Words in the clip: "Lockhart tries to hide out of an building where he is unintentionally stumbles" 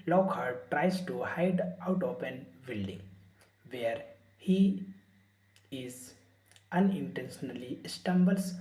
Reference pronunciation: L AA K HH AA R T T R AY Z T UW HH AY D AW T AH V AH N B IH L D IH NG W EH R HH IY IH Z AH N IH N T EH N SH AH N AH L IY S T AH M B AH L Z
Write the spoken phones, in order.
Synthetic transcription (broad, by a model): L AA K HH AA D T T R AY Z T UW HH AY D AW T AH P AH N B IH L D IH NG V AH R HH IY IH Z AH N IH N T EH N SH AH N AH L IY S T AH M B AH L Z